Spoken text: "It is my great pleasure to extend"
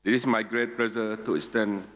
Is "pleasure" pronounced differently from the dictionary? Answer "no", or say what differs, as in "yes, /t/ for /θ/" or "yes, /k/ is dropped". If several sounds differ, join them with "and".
yes, /z/ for /ʒ/